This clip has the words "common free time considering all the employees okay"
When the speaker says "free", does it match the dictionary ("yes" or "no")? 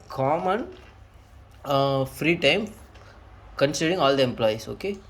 yes